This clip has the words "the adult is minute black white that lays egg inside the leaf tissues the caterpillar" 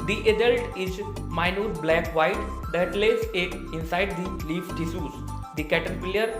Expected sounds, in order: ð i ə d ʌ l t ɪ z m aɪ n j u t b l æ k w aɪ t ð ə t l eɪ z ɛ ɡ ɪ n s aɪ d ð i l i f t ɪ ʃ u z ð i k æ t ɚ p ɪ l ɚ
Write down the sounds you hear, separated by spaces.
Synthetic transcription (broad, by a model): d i ə d ʌ l t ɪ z m aɪ n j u t b l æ k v aɪ t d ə t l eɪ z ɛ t ɪ n s aɪ d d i l i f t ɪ s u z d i k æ t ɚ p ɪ l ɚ